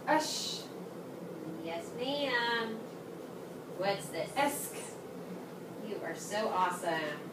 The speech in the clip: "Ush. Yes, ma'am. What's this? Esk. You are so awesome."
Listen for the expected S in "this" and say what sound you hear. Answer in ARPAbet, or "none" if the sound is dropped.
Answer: none